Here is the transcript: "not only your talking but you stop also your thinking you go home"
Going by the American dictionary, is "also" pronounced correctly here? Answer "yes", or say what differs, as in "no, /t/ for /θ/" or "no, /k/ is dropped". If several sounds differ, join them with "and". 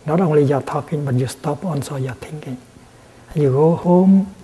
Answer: no, /n/ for /l/